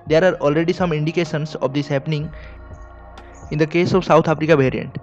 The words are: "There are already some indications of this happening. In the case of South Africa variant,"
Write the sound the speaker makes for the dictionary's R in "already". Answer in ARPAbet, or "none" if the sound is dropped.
R